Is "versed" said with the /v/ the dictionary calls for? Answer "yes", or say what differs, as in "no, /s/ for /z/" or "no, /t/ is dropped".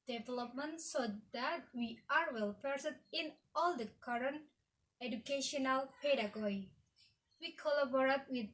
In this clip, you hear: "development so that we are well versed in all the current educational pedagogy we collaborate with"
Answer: no, /p/ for /v/